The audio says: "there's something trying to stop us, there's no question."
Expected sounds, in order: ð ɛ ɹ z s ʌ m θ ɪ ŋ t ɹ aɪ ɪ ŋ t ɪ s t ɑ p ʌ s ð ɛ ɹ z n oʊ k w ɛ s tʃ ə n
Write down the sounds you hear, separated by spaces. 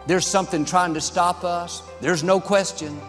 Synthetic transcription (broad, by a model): ð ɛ ɹ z s ʌ m θ ɪ ŋ t ɹ aɪ ɪ ŋ t ɪ s t ɑ p ʌ s ð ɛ ɹ z n oʊ k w ɛ s tʃ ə n